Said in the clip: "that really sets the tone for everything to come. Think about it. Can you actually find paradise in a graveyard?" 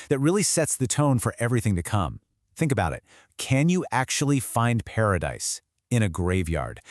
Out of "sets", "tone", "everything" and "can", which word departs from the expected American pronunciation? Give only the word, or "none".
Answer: none